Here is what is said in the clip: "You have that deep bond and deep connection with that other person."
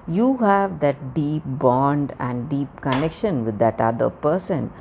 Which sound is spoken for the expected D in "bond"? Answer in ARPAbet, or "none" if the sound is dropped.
D